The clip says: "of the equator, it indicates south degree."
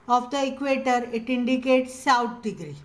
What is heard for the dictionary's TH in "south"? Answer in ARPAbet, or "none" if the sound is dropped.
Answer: T